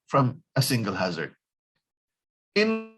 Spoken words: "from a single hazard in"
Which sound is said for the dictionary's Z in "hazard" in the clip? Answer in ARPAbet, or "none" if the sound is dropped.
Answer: Z